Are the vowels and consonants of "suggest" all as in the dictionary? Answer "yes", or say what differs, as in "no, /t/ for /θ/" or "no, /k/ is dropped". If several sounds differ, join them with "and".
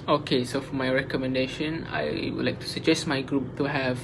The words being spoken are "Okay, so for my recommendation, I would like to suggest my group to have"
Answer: yes